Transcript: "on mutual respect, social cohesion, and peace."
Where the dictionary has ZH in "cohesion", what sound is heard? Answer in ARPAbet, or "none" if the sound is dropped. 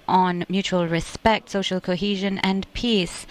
ZH